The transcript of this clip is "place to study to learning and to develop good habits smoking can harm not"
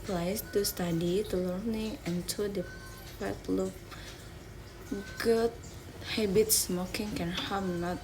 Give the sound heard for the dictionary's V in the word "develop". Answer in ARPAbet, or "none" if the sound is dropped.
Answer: P